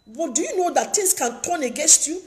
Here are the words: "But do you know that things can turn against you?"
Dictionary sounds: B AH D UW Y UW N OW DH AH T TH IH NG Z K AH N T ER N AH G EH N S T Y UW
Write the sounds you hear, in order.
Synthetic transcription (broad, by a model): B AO D UW Y UW N OW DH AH T T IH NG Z K AH N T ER N AH G EH N S T Y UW